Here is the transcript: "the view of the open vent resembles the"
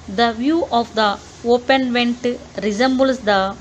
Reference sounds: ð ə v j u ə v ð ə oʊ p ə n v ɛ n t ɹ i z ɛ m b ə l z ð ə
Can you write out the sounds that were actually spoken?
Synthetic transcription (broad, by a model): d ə v j u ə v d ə oʊ p ə n v ɛ n t ɹ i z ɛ m b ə l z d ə